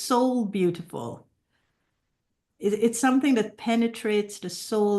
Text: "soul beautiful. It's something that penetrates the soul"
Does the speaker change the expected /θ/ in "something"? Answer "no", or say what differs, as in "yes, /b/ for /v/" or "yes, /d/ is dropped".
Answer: no